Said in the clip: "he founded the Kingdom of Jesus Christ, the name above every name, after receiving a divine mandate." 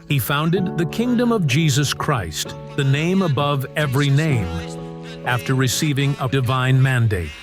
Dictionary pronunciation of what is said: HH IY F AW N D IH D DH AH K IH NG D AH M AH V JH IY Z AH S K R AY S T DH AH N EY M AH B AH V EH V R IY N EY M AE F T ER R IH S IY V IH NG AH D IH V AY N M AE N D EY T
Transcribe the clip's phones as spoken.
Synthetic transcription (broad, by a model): HH IY F AW N D IH D DH AH K IH NG D AH M AH V JH IY Z AH S K R AY S T DH AH N EY M AH B AH V EH V R IY N EY M AE F T ER R IH S IY V IH NG AH D IH V AY N M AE N D EY T